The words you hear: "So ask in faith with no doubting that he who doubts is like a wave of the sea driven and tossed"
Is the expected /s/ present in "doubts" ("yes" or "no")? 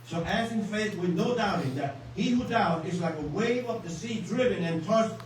no